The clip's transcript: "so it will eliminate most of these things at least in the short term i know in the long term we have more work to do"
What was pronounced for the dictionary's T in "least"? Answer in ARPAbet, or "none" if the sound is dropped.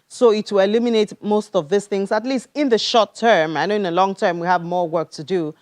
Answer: T